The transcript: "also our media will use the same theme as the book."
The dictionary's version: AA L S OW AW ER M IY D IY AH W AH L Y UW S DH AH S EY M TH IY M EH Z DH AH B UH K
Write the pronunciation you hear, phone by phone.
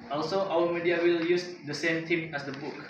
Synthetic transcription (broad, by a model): AA L S OW AW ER M IY D IY AH W AH L Y UW S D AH S EY M T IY M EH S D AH B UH K